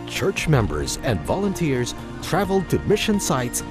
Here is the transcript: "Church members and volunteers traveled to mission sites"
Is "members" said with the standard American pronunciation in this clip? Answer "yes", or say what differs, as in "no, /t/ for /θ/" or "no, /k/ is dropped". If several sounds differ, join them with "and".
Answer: yes